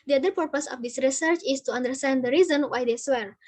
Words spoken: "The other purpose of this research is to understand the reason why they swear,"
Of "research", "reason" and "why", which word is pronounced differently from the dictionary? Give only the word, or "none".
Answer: none